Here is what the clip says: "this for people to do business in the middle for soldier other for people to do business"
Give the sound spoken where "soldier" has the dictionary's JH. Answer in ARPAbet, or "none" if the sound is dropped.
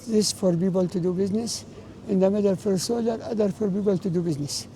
none